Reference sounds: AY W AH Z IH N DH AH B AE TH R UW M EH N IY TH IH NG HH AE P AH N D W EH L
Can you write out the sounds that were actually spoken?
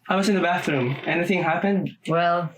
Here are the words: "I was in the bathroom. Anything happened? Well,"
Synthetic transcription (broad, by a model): AY W AH Z IH N DH AH B AE TH R UW M EH N IY TH IH NG HH AE P AH N D W EH L